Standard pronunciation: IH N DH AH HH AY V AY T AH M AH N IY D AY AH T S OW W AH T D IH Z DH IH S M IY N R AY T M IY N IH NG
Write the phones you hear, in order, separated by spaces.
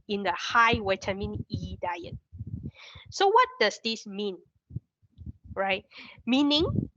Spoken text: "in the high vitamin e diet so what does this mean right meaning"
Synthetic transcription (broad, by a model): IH N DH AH HH AY W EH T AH M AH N IY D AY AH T S OW W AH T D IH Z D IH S M IY N R AY T M IY N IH NG